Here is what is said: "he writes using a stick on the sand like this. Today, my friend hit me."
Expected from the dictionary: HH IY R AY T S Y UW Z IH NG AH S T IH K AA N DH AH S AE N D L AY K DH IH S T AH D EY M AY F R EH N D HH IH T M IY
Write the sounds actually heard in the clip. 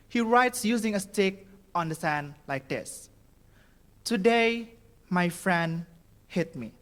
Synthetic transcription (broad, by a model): HH IY R AY T S Y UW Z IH NG AH S T IH K AA N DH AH S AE N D L AY K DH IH S T AH D EY M AY F R EH N D HH IH T M IY